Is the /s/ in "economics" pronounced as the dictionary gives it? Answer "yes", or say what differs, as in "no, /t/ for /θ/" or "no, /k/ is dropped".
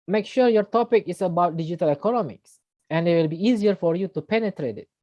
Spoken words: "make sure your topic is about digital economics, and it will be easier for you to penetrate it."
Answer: yes